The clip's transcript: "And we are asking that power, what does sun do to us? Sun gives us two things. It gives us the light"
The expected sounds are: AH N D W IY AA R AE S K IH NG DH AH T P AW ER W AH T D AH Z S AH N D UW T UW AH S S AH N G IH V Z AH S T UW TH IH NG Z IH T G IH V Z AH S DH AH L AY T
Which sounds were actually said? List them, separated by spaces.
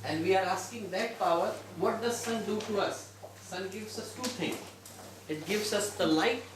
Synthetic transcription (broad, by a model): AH N D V IY AA R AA S K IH NG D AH T P AW ER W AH T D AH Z S AH N D UW T UW AH S S AH N G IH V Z AH S T UW T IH NG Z IH T G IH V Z AH S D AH L AY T